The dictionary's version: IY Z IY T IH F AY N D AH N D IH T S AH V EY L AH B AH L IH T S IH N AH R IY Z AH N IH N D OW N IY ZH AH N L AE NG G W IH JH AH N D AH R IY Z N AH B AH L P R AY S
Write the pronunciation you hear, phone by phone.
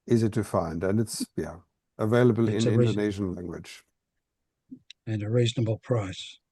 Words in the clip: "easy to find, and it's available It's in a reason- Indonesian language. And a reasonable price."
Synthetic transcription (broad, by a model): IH Z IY T IH F AY N D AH N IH T S AH V EY L AH B AH L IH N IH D AH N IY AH IH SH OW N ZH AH N L AE NG G W IH JH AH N AH R IY Z N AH B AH L P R AY S